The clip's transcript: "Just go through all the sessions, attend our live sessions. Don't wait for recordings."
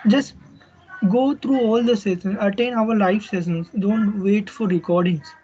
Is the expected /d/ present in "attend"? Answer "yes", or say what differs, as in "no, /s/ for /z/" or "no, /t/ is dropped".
no, /d/ is dropped